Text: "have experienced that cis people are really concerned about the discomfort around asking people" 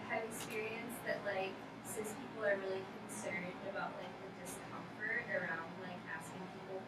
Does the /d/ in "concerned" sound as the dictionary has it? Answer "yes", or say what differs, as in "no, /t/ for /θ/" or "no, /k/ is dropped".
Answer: yes